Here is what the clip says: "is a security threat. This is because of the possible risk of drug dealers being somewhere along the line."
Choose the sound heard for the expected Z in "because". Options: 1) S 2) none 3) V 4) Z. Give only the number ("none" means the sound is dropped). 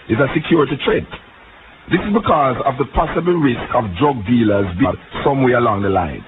4